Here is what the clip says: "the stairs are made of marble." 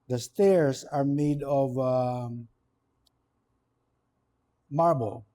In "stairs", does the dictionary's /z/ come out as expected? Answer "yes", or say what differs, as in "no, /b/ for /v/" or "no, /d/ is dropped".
no, /s/ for /z/